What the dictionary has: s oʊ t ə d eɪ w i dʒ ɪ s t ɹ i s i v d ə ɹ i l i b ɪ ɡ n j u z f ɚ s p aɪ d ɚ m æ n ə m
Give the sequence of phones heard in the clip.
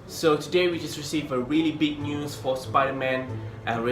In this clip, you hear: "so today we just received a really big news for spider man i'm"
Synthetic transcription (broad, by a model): s oʊ t ə d eɪ w i dʒ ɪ s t ɹ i s i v ə ɹ i l i b ɪ ɡ n j u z f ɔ s p aɪ d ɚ m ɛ n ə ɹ